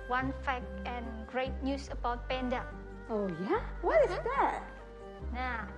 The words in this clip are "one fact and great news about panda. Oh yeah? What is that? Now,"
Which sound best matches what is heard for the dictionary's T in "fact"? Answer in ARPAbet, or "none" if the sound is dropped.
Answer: none